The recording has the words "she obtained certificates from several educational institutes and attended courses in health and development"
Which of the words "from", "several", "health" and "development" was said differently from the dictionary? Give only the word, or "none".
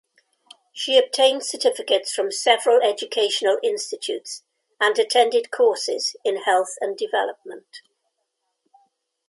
none